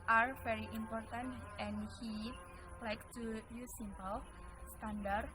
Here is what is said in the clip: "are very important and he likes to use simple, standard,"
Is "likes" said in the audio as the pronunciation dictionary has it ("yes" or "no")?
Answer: no